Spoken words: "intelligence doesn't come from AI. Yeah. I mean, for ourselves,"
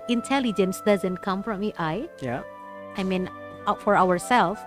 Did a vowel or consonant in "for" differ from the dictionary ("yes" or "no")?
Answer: yes